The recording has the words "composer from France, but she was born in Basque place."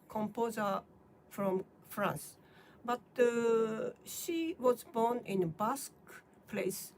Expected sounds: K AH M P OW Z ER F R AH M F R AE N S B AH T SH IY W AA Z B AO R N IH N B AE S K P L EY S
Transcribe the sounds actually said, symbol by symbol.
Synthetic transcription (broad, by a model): K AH M P OW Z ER F R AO M F R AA N S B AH T SH IY W AA Z B AO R N IH N B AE S K P L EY S